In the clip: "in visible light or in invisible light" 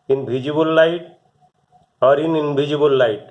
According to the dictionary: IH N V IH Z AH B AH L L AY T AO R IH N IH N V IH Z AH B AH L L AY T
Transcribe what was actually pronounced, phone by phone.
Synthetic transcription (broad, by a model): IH N B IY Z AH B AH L L AY T AO R IH N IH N B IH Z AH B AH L L AY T